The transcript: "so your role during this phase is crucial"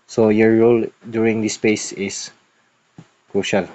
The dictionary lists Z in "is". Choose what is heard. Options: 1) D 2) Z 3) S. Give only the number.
3